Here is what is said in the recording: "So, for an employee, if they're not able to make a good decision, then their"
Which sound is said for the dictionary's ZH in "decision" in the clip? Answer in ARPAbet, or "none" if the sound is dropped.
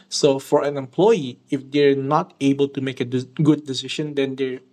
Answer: SH